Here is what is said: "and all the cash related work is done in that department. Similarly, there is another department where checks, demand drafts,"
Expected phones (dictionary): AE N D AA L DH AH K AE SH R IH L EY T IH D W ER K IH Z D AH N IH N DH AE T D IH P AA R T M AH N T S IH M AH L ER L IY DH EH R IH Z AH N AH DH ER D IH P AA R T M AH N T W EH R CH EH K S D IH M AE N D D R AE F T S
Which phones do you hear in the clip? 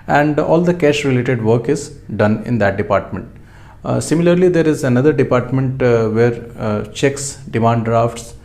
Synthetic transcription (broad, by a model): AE N D AA L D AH K AE SH R IH L EY T IH D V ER K IH Z D AH N IH N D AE T D IH P AA R T M AH N T S IH M AH L ER L IY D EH R IH Z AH N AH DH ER D IH P AA R T M AH N T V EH R CH EH K S D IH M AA N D D R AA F T S